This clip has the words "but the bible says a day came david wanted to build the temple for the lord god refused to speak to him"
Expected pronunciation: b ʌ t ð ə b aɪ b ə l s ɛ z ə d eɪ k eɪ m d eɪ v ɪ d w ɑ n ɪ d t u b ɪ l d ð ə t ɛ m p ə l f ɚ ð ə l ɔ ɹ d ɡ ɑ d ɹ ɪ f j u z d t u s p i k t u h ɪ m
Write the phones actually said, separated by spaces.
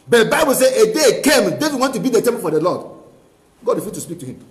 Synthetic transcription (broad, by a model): b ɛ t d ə b aɪ b ə l s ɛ ə d eɪ k eɪ m d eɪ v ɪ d w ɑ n t u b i d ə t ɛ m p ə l f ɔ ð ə l ɔ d ɡ ɑ d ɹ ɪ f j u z t u s p i k t u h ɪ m